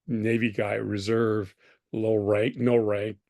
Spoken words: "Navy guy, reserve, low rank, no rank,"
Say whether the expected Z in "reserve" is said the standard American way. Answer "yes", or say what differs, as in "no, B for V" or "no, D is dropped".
yes